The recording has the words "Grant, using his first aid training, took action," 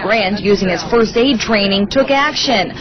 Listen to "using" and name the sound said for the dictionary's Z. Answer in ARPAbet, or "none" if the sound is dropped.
Z